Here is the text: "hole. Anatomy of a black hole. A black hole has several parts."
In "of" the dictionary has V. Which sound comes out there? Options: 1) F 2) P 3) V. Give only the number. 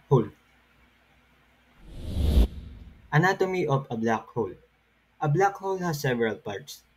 2